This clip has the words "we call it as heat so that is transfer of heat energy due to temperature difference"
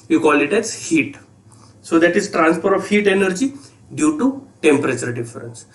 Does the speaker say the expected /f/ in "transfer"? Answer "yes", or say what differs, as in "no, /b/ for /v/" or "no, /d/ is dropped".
no, /p/ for /f/